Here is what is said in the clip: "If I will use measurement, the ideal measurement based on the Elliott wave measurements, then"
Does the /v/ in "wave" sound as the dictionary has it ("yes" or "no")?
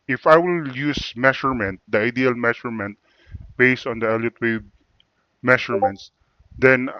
no